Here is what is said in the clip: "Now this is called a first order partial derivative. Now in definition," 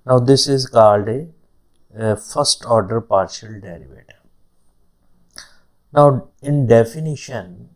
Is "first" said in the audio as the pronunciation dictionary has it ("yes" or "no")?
yes